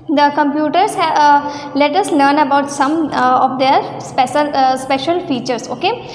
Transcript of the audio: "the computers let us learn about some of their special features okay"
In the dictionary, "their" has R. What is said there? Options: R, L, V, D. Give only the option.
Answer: L